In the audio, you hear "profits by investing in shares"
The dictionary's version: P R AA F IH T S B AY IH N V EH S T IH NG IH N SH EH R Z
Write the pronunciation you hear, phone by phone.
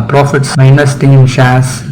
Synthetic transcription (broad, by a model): P R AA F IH T S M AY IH N AH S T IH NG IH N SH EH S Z